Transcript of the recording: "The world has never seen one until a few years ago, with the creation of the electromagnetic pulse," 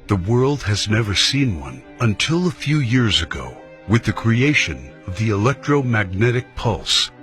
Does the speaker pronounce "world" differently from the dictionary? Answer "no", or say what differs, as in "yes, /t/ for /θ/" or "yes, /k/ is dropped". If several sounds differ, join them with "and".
no